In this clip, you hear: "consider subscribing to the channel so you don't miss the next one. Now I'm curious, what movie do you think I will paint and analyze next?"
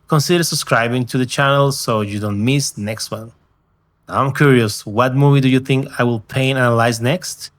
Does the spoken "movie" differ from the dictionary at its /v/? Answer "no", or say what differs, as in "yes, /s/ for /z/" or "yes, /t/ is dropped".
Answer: no